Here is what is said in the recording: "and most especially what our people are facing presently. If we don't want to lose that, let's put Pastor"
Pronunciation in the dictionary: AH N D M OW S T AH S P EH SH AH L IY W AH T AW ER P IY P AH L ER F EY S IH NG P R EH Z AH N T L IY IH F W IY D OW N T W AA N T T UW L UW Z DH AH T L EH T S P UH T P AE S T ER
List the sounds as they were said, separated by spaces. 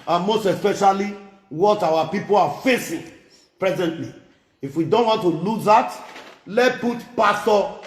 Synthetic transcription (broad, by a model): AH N M OW S T AH S P EH SH AH L IY W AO T AW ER P IY P AH L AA F EY S IH NG P R EH Z AH N T L IY IH F W IY D OW N T W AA N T T UW L UW Z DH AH T L EH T P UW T P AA S T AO